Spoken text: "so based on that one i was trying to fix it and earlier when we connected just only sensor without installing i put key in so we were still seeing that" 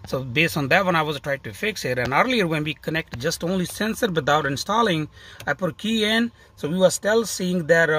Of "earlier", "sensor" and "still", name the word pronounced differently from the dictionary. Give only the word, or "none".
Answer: none